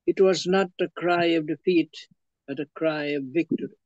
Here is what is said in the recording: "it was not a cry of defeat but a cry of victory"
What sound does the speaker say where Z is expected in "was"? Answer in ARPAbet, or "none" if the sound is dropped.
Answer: Z